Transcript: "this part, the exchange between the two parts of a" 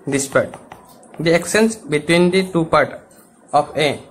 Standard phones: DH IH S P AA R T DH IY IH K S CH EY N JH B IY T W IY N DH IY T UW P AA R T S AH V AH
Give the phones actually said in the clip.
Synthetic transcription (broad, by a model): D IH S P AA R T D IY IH K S EY N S B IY T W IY N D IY T UW P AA R T AH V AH